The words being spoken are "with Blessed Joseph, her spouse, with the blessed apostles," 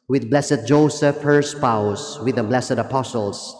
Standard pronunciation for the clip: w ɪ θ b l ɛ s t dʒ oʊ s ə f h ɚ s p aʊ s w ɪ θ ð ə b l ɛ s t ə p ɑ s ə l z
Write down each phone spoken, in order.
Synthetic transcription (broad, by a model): w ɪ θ b l ɛ s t dʒ oʊ s ə f h ɚ s p aʊ s w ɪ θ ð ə b l ɛ s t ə p ɑ s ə l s